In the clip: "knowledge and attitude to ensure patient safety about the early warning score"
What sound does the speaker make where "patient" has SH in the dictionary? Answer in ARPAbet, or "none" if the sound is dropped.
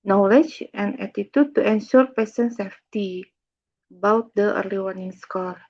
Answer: S